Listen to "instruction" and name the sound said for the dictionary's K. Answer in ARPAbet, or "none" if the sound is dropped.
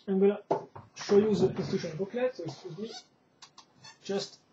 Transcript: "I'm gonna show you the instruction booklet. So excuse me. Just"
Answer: none